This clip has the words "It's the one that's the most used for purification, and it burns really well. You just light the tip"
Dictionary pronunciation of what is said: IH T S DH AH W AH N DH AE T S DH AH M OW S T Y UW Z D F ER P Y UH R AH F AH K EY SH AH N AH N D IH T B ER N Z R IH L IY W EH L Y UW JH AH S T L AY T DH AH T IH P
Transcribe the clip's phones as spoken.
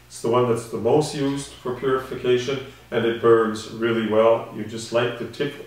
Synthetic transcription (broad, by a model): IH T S DH AH W AH N DH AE T S DH AH M OW S T Y UW Z D F ER P Y UH R AH F AH K EY SH AH N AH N IH T B ER N Z R IH L IY W EH L Y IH JH AH S T L AY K DH AH T IH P